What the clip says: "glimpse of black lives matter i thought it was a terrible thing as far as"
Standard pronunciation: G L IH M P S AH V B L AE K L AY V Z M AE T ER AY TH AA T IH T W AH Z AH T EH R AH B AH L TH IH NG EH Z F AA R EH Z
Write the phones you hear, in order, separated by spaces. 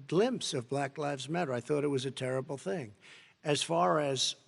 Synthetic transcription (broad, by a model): G L IH M P S AH V B L AE K L AY V Z M AE T ER AY TH AA T IH T W AH Z AH T EH R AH B L TH IH NG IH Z F AA R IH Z